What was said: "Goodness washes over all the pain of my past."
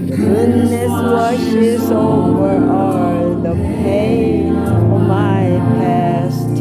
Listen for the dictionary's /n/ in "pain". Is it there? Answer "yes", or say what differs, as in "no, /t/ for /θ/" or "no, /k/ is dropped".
no, /n/ is dropped